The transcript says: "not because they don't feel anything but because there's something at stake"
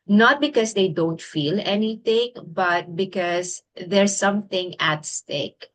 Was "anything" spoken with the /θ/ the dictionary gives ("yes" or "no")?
no